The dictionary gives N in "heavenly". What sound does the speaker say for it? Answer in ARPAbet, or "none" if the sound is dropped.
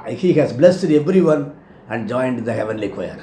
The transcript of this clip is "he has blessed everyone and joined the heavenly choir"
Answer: N